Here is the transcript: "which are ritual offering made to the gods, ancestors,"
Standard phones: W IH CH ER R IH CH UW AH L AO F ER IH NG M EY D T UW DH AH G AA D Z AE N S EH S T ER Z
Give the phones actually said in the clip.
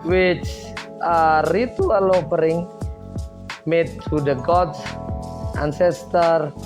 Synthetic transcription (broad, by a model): W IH CH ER R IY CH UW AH L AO P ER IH NG M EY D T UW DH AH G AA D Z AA N S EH S T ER